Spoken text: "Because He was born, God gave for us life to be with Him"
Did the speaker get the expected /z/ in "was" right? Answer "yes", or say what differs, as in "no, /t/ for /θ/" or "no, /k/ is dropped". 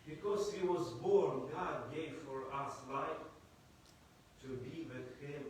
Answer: yes